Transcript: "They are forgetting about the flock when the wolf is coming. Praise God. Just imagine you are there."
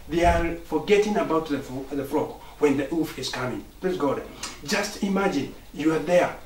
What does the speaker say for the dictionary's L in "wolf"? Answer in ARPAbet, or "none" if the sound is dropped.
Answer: none